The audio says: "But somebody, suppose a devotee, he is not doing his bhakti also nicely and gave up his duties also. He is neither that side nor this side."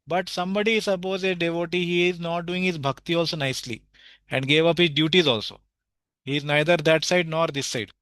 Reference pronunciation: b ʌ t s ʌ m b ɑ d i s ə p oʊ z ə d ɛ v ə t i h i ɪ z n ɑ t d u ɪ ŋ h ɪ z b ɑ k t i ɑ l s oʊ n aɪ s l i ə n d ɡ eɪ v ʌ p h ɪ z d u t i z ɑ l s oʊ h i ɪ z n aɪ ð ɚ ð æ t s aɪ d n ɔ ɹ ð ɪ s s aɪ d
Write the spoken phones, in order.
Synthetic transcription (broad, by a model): b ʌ t s ʌ m b ɑ d i s ə p oʊ z ə d ɛ v ə t i h i ɪ z n ɑ t d u ɪ ŋ h ɪ z b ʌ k t i ɑ l s oʊ n aɪ s l i ə n d ɡ eɪ v ʌ p h ɪ z d u t i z ɑ l s oʊ h i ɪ z n aɪ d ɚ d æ t s aɪ d n ɔ ɹ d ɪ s s aɪ d